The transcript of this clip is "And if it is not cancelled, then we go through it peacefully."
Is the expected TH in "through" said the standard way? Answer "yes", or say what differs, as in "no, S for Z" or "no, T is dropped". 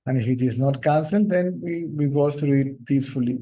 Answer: no, T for TH